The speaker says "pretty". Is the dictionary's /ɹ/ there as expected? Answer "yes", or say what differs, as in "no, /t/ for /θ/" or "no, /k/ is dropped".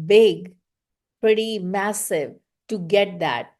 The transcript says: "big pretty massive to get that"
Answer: yes